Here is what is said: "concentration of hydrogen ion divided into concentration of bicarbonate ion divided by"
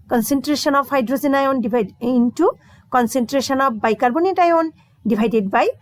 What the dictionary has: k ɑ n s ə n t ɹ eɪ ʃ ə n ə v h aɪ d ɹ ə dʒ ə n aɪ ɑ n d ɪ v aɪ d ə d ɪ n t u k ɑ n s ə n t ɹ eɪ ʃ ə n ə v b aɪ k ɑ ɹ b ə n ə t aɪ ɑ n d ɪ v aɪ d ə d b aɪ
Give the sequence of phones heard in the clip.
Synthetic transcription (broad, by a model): k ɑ n s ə n t ɹ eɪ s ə n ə p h aɪ d ɹ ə z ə n aɪ ɑ n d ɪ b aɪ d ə n t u k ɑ n s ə n t ɹ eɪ s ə n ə p b aɪ k ɑ ɹ b ə n ə t aɪ ɑ n d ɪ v aɪ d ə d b aɪ